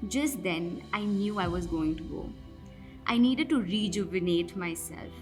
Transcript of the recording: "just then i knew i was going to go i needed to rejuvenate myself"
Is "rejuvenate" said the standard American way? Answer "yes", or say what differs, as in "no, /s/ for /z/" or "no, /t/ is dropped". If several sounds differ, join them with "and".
yes